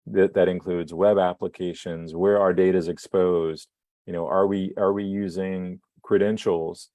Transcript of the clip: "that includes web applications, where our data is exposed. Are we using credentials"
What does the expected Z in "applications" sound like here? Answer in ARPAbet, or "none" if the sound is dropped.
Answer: Z